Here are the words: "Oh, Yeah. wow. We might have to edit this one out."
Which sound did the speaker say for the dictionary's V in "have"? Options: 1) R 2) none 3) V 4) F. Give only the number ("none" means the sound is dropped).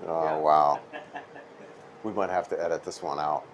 4